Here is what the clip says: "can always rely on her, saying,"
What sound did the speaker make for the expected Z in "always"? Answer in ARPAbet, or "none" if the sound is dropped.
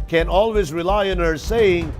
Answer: Z